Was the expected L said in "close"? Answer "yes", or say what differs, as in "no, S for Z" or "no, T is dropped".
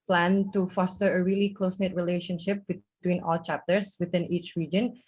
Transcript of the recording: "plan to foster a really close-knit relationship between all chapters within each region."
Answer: yes